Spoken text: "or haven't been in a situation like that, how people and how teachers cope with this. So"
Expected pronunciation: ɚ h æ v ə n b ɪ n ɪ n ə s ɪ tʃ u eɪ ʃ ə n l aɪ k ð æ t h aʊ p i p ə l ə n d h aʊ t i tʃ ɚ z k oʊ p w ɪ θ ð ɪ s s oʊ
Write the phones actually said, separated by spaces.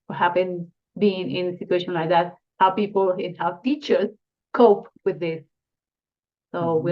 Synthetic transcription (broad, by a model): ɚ h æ p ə n b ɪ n ɪ n ə s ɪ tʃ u eɪ ʃ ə n l aɪ k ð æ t h aʊ p i p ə l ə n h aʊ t i tʃ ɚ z k oʊ p w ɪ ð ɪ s s oʊ